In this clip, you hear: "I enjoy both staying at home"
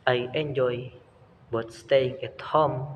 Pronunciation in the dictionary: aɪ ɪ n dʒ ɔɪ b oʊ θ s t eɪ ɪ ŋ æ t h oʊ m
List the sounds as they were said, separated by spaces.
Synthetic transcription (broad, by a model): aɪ ɪ n dʒ ɔɪ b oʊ t s t eɪ ɪ ŋ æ t h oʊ m